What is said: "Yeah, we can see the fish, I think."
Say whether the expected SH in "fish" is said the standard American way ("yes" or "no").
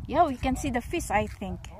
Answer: no